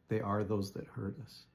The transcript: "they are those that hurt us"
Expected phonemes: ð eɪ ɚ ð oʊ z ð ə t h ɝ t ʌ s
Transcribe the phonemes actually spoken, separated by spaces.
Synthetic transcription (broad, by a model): ð eɪ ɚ ð oʊ z ð ə t h ɝ t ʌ s